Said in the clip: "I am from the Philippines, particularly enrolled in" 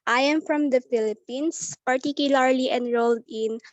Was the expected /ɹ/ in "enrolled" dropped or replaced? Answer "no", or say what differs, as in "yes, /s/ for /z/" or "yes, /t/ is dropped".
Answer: no